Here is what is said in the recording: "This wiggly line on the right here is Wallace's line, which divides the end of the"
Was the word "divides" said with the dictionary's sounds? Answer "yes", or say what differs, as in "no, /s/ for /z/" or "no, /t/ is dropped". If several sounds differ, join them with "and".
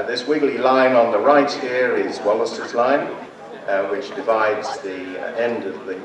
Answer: yes